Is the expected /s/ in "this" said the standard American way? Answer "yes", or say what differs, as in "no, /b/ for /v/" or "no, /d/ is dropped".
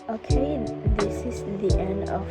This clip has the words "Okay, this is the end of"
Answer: yes